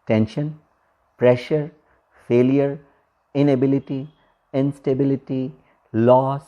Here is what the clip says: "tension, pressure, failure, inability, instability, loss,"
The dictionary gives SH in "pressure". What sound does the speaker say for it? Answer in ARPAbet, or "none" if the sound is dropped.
SH